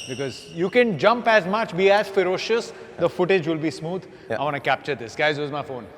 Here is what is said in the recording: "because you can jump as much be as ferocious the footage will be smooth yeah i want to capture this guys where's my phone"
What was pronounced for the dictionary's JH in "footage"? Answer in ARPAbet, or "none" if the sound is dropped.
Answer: JH